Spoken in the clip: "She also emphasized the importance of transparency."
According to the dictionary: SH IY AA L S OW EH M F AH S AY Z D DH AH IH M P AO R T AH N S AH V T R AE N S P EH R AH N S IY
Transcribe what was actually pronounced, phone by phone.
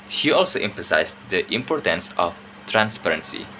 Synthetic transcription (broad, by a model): SH IY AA L S OW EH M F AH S AY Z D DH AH IH M P AO R T AH N S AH F T R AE N S P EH R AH N S IY